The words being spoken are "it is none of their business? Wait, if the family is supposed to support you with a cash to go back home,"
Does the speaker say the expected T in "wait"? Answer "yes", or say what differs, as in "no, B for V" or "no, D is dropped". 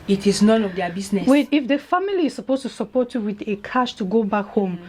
no, T is dropped